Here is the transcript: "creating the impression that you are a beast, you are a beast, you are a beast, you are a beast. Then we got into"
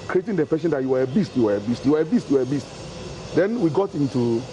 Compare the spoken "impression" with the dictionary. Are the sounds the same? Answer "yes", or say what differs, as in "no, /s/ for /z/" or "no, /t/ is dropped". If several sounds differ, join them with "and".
no, /ɹ/ is dropped